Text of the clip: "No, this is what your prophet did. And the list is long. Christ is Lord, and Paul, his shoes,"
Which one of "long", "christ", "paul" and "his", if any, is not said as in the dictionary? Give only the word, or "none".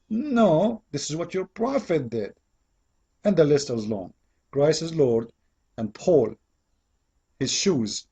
christ